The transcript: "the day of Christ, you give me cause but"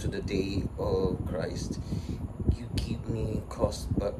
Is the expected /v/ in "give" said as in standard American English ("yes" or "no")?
no